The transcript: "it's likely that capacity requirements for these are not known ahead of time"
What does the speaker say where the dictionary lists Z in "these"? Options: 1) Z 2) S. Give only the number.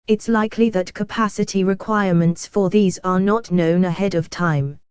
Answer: 1